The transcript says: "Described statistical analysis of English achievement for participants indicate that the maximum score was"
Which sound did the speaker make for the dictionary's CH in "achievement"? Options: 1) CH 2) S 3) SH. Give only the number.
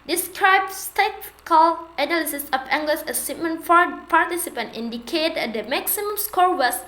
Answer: 2